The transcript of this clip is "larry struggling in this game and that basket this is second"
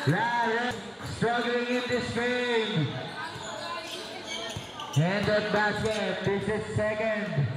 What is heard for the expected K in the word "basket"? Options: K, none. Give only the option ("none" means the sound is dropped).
none